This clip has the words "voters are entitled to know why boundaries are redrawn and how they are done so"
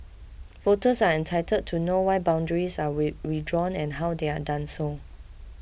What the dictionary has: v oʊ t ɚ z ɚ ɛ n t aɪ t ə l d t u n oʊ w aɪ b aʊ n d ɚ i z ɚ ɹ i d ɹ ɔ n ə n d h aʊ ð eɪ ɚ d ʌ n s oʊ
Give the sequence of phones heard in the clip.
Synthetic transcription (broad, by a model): f oʊ t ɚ s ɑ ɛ n t aɪ t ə d t u n oʊ w aɪ b aʊ n d ɚ i s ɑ ɹ i d ɹ ɔ n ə n h aʊ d eɪ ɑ d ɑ n s oʊ